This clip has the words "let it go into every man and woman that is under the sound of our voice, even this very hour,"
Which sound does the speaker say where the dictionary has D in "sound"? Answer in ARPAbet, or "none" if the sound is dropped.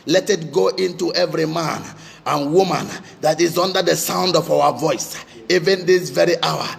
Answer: D